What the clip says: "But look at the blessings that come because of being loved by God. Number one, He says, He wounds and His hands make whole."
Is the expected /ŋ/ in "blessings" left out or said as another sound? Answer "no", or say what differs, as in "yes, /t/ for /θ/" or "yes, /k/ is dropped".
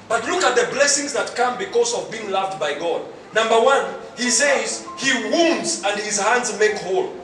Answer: no